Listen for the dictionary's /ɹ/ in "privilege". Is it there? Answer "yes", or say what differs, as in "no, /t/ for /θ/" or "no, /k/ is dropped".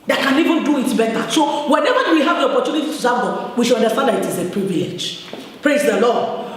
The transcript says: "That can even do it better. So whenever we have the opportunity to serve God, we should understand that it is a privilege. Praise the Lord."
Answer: no, /ɹ/ is dropped